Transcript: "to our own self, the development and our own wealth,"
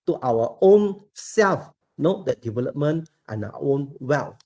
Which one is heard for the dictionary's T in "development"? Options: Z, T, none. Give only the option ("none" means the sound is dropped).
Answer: T